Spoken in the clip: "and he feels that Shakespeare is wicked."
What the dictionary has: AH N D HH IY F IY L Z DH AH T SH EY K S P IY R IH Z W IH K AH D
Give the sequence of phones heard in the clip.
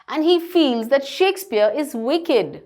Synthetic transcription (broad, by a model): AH N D HH IY F IY L Z DH AH T SH EY K S P IY R IH Z W IH K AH D